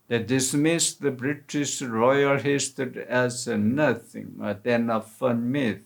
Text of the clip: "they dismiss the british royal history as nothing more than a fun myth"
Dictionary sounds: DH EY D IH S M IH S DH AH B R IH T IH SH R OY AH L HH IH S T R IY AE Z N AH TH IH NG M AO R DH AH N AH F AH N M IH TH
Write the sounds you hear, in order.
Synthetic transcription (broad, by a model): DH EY D IH S M IH S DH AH B R IH T IH SH R OY AH L HH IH S T IY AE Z N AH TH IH NG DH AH N AH F AH N M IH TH